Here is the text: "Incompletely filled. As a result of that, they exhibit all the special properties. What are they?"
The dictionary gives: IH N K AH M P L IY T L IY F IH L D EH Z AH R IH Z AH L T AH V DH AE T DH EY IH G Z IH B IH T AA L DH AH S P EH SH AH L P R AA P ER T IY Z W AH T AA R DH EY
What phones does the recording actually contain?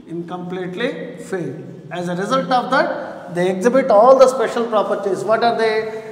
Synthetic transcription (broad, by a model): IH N K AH M P L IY T L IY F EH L EH Z AH R IH Z AH L T AH V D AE T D EY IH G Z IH B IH T AA L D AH S P EH SH AH L P R AA P ER T IY Z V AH T AA R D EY